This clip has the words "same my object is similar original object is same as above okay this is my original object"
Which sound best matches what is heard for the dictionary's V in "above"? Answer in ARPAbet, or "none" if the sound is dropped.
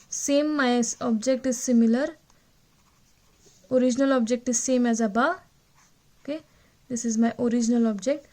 none